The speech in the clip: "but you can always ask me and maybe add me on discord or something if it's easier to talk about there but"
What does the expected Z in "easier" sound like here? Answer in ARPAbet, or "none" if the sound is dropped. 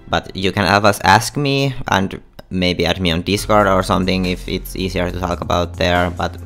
S